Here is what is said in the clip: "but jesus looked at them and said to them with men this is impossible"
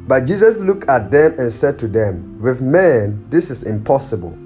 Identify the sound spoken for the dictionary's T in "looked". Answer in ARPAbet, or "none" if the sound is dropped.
T